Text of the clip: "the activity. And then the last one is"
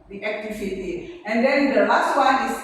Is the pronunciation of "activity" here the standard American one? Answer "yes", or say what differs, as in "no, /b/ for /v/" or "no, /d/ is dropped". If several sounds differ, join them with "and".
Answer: no, /f/ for /v/